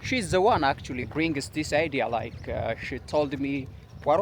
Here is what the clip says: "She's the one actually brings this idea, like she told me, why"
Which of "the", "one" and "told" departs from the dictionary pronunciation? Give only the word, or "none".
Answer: none